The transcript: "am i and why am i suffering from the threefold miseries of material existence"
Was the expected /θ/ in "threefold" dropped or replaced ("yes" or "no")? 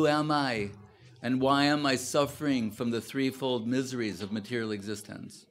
no